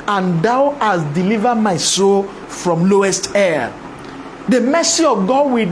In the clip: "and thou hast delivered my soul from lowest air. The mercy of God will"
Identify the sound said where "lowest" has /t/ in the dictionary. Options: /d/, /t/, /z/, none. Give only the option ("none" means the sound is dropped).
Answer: /t/